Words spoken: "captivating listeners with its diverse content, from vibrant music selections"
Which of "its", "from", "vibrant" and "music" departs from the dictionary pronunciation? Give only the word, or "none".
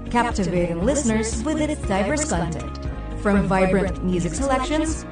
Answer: none